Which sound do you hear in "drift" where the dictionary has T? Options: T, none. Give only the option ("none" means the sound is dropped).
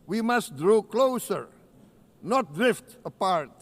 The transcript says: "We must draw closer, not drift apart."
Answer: T